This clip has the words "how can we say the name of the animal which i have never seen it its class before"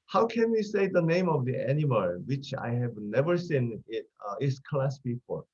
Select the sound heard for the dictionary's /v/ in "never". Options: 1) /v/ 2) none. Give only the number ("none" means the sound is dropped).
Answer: 1